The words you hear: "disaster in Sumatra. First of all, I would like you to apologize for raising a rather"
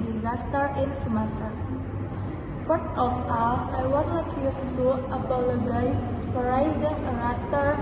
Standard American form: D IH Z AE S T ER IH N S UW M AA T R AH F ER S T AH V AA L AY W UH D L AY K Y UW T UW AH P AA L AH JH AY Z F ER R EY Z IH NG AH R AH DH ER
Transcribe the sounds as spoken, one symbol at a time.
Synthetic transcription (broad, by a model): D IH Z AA S T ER IH N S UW M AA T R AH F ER T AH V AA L AY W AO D L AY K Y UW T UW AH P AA L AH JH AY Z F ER R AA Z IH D AH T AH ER